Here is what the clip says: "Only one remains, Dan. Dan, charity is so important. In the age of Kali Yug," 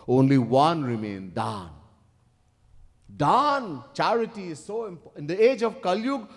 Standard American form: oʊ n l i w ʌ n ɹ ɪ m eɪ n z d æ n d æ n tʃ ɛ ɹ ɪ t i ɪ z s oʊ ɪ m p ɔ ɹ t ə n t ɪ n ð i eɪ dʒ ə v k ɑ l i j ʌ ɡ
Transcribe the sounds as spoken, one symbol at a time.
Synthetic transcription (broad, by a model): oʊ n l i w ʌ n ɹ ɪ m eɪ n d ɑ n d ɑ n tʃ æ ɹ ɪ t i ɪ z s oʊ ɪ m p ɪ n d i eɪ dʒ ə v k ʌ l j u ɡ